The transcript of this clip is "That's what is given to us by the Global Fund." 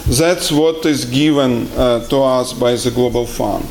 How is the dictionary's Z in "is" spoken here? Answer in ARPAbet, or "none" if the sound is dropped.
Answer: Z